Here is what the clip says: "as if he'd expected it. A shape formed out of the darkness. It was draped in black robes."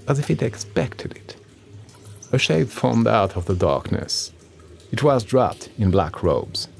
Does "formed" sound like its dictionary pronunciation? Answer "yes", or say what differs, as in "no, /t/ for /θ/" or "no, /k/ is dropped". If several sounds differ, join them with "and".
yes